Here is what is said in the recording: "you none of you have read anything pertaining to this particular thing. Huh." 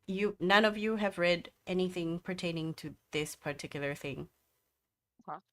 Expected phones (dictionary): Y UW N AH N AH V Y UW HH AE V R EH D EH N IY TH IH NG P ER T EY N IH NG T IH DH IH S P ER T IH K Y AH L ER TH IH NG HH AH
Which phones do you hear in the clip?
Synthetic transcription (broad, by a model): Y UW N AH N AH V Y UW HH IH V R EH D EH N IY TH IH NG P ER T EY N IH NG T IH DH IH S P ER T IH K Y L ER TH IH NG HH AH